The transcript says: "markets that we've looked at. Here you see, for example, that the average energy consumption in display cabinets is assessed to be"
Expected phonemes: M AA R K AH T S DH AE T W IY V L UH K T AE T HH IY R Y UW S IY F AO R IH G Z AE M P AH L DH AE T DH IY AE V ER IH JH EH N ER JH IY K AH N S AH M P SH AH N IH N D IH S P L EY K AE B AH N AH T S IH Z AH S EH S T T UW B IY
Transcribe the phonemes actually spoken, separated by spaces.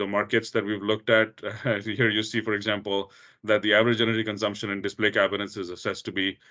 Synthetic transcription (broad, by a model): M AA R K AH T S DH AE T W IY V L UH K T AE T HH IY R Y UW S IY F AO R IH G Z AE M P AH L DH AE T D IY AE V ER IH JH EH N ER IY K AH N S AH M P SH AH N IH N D IH S P L EY K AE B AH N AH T S IH Z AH S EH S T T UW B IY